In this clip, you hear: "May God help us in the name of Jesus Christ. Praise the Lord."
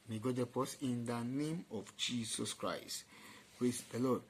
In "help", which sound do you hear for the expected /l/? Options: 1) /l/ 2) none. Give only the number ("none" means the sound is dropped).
2